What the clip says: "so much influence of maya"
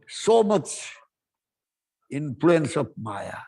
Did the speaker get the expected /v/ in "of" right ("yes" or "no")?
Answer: no